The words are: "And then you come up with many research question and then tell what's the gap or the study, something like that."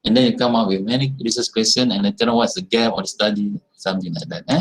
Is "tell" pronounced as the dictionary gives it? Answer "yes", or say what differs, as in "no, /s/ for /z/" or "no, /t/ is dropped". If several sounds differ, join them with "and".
no, /n/ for /l/